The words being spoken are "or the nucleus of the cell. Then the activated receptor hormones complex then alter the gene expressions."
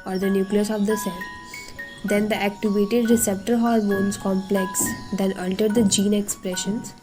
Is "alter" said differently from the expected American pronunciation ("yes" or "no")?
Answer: yes